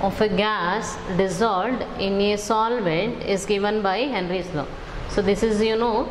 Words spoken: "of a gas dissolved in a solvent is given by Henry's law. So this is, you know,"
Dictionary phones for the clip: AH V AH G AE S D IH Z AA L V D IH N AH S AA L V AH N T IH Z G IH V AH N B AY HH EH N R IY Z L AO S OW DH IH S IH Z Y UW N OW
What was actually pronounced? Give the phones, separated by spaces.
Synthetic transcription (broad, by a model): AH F AH G AE S D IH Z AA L D IH N AH S AA L V AH N T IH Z G IH V AH N B AY HH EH N R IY S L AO S OW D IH S IH Z Y UW N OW